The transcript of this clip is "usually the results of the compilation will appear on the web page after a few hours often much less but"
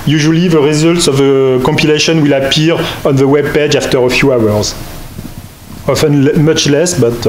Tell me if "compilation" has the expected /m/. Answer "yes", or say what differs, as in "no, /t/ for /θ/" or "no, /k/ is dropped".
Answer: yes